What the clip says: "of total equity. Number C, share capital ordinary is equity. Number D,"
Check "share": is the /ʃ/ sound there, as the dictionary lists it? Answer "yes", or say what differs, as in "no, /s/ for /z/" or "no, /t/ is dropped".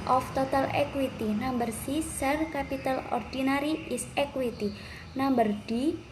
no, /s/ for /ʃ/